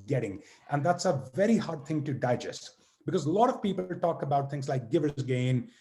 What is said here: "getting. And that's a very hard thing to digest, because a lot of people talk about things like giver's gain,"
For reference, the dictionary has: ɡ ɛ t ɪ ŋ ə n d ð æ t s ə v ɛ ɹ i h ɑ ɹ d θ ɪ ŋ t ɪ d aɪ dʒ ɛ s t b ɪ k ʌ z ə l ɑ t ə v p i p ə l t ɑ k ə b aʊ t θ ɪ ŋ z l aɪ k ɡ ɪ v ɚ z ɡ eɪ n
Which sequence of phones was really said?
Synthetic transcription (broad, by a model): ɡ ɛ t ɪ ŋ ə n ð æ t s ə v ɛ ɹ i h ɑ ɹ d θ ɪ ŋ t ɪ d aɪ dʒ ɛ s t b ɪ k ʌ z l ɑ t ə v p i p l t ɑ k ə b aʊ t θ ɪ ŋ z l aɪ k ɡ ɪ v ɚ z ɡ eɪ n